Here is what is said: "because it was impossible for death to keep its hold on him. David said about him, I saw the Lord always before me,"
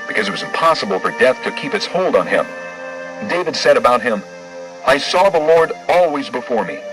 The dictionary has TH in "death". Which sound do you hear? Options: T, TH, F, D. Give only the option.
TH